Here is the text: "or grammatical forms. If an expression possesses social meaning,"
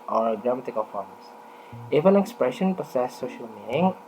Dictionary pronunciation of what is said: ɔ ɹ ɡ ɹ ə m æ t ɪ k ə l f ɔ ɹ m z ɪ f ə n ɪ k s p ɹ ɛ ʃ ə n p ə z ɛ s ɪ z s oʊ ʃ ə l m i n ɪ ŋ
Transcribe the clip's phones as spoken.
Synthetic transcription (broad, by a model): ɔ ɹ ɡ ɹ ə m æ t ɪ k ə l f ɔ ɹ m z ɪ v ə n ɪ k s p ɹ ɛ ʃ ə n p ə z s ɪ s oʊ ʃ ə l m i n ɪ ŋ